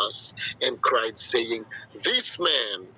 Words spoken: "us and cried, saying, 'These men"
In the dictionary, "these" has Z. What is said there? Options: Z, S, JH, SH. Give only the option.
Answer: S